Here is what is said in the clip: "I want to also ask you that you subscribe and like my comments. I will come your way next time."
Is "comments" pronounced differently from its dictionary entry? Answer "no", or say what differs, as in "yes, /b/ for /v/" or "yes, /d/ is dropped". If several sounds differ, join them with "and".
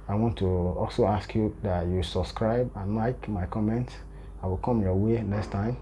no